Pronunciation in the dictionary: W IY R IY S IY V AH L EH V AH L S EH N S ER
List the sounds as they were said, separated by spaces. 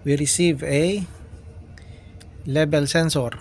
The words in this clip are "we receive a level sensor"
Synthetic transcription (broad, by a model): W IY R IY S IY V AH L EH B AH L S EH N S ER